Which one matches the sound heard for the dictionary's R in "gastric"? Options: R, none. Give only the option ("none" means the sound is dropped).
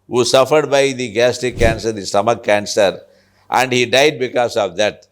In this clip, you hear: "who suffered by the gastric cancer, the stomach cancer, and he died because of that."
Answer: none